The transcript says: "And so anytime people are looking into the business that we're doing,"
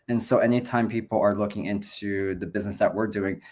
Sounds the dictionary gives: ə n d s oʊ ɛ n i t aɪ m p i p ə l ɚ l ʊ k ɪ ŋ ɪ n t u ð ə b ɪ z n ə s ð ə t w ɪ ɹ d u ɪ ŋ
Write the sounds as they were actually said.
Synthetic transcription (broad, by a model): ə n s oʊ ɛ n i t aɪ m p i p l ɚ l ʊ k ɪ ŋ ɪ n t u ð ə b ɪ z n ə s ð ə t w ɪ ɹ d u ɪ ŋ